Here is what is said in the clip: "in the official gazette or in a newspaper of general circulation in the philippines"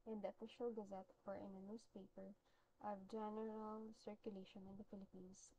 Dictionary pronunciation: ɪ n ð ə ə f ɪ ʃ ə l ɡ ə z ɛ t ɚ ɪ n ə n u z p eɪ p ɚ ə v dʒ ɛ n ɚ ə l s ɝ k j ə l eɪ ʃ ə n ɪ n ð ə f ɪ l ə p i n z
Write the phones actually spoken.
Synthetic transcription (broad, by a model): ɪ n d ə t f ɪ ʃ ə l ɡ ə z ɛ t ɚ ɪ n ə n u s p eɪ p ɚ ə v dʒ ɛ n ɚ ə l s ɝ k j ə l eɪ ʃ ə n ɪ n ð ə f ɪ l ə p i n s